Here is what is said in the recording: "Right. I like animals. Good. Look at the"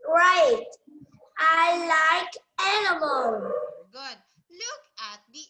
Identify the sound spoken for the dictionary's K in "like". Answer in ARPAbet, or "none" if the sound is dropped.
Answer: K